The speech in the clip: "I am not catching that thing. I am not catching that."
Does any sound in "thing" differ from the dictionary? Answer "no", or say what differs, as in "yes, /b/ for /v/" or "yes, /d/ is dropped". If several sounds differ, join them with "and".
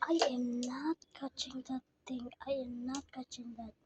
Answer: yes, /t/ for /θ/